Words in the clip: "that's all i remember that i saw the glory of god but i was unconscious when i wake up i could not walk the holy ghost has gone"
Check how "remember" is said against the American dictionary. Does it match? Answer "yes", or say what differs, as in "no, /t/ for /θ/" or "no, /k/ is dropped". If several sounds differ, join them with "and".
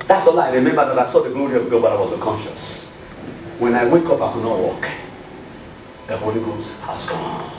no, /b/ is dropped